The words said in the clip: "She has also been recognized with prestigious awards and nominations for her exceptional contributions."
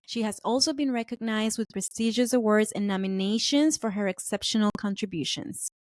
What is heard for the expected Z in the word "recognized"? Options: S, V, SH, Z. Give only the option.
Z